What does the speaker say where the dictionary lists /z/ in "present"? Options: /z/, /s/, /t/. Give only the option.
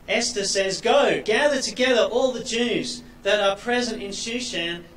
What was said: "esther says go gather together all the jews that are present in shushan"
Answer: /z/